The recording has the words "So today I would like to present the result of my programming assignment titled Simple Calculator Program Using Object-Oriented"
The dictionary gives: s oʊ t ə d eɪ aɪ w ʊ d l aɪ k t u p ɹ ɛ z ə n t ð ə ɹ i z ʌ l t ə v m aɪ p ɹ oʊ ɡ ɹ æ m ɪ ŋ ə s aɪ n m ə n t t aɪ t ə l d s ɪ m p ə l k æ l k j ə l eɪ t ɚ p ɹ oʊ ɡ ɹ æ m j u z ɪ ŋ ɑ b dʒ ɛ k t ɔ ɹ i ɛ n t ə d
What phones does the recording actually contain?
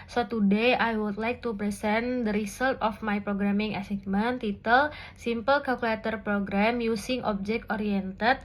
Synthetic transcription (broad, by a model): s oʊ t ə d eɪ aɪ w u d l aɪ k t u p ɹ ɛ s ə n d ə ɹ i s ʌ l t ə f m aɪ p ɹ oʊ ɡ ɹ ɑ m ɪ ŋ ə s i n m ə n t t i t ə l s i m p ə l k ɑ l k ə l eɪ t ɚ p ɹ oʊ ɡ ɹ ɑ m j u s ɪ ŋ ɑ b dʒ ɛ k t ɔ ɹ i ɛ n t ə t